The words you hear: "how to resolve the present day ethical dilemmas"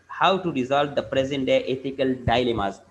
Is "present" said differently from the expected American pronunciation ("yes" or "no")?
no